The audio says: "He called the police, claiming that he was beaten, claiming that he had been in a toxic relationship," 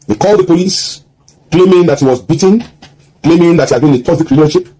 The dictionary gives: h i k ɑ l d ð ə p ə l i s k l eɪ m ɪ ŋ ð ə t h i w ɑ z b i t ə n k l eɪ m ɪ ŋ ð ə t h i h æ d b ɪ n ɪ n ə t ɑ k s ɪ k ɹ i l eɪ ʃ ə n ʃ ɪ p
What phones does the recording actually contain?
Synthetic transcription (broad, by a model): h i k ɑ l d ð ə p ə l i s k l eɪ m ɪ ŋ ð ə t h i w ɑ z b i t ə n k l eɪ m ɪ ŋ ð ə t h i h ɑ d b ɪ n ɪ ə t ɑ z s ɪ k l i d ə ʃ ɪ p